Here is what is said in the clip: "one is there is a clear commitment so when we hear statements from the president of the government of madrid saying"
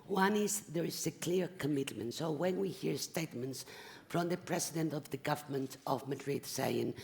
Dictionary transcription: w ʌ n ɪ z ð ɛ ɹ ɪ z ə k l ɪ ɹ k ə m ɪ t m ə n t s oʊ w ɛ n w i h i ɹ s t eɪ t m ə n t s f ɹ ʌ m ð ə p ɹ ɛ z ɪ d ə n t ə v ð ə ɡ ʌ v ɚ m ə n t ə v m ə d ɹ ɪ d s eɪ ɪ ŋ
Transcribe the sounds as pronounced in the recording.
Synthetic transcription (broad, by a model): w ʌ n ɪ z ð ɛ ɹ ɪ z ə k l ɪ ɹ k ə m ɪ t m ə n t s oʊ w ɛ n w i h i ɹ s t eɪ t m ə n t s f ɹ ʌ m ð ə p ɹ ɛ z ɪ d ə n t ə v ð ə ɡ ʌ v ɚ m ə n t ə v m ə d ɹ ɪ d s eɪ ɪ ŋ